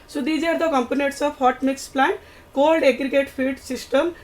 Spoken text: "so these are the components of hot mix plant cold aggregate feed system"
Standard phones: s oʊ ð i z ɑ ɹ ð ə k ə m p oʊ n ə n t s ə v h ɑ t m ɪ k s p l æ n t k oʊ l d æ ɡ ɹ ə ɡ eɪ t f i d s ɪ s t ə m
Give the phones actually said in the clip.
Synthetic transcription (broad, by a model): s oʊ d i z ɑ ɹ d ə k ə m p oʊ n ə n t s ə p h ɑ t m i k s p l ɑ n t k oʊ l d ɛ ɡ ɹ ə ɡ eɪ t p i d s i s t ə m